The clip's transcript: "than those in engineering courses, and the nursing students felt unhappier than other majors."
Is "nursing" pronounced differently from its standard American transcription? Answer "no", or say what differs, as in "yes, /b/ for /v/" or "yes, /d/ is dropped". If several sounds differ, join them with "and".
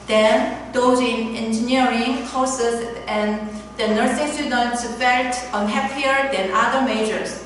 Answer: no